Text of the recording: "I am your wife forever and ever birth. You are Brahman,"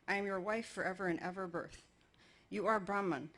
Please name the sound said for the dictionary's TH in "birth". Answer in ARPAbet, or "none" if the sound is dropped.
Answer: TH